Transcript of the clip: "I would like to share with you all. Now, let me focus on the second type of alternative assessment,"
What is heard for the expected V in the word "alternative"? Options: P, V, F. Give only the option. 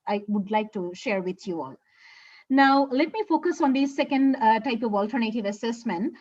V